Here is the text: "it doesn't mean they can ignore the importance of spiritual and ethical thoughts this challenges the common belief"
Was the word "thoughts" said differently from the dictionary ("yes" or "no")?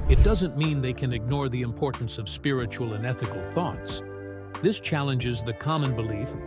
no